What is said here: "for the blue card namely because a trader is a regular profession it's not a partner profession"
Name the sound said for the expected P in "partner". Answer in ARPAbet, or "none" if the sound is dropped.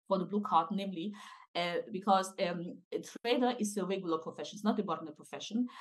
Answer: B